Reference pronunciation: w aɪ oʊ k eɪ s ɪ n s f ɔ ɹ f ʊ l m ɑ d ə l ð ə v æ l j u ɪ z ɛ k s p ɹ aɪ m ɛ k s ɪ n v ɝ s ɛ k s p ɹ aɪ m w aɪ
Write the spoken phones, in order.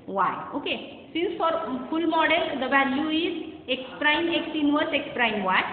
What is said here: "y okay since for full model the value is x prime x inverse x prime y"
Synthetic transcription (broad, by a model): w aɪ oʊ k eɪ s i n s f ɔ ɹ p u l m ɑ d ə l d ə b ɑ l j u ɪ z ɛ k s p ɹ aɪ m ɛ k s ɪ n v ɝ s ɛ k s p ɹ aɪ m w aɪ